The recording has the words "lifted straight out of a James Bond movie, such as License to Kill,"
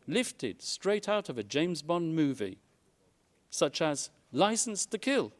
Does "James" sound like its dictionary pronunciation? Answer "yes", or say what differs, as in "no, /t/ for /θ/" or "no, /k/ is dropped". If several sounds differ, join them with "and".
yes